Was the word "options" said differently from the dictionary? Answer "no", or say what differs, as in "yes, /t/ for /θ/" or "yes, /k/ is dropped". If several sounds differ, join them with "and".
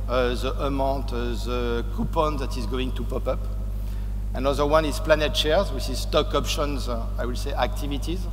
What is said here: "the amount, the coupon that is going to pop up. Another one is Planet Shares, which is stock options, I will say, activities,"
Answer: no